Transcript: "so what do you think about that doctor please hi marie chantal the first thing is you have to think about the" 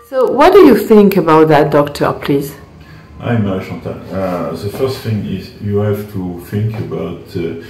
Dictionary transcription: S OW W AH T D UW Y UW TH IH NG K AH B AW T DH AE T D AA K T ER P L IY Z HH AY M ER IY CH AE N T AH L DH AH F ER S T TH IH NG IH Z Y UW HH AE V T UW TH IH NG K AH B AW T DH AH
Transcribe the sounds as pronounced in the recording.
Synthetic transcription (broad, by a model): S OW W AH T D UW Y UW TH IH NG K AH B AW T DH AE T D AA K T ER P L IY Z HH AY M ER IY SH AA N T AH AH DH AH F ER S T TH IH NG IH Z Y UW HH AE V T UW TH IH NG K AH B AW T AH